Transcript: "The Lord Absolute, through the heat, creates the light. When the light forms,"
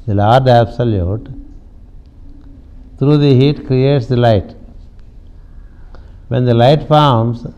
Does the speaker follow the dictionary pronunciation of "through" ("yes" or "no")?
no